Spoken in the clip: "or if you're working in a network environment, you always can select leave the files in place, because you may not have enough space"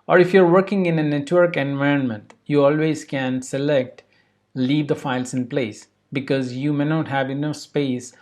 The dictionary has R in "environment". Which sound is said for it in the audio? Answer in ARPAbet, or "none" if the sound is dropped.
R